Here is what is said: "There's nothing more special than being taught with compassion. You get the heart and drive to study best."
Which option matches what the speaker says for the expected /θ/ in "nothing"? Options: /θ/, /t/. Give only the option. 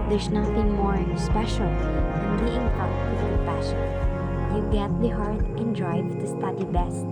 /t/